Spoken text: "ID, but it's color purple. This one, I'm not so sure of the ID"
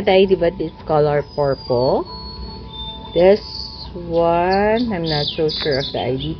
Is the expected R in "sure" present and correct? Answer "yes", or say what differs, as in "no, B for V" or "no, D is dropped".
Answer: yes